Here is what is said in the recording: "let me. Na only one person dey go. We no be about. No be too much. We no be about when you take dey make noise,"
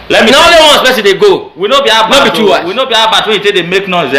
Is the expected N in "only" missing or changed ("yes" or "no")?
yes